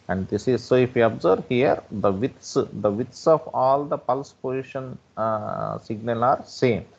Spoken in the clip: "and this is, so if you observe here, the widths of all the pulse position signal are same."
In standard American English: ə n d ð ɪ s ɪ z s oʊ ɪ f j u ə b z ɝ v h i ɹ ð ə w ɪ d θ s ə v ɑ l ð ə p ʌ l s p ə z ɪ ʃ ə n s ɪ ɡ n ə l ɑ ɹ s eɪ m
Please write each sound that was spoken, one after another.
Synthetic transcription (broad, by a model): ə n d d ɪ s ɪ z s oʊ ɪ f j u ə b z ɝ v h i ɹ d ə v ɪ d t s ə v ɑ l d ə p ʌ l s p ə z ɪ ʃ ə n s ɪ ɡ n ə l ɑ ɹ s eɪ m